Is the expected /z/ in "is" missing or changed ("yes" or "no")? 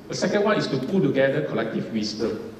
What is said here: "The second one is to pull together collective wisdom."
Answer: yes